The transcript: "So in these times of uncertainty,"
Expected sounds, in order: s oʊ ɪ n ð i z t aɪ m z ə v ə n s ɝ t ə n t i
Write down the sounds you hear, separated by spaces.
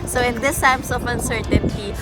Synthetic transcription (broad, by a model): s oʊ ɪ n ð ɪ s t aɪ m s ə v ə n s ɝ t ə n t i